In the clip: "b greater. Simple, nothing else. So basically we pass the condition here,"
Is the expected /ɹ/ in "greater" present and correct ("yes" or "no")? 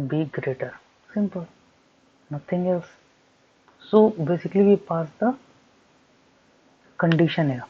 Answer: yes